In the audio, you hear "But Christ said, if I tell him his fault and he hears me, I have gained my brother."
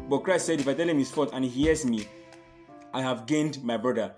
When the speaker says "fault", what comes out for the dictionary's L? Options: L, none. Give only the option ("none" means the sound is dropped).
none